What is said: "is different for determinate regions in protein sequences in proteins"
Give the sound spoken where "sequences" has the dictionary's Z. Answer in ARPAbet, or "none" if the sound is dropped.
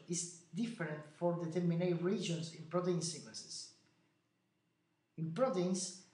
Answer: S